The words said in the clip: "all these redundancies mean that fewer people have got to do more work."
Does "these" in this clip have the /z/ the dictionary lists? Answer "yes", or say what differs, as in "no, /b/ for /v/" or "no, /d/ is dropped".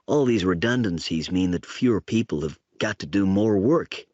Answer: yes